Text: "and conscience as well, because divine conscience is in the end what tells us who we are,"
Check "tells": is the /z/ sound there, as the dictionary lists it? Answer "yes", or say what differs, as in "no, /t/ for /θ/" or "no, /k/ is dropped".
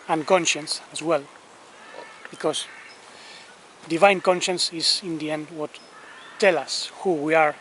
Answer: no, /z/ is dropped